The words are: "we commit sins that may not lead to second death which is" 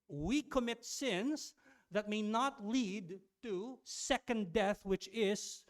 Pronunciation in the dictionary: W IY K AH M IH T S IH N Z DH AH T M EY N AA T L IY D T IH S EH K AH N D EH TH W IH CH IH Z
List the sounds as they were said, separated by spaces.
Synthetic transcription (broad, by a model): W IY K AH M IH T S IH N Z DH AH T M EY N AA T L IY D T IH S EH K AH N D EH TH W IH CH IH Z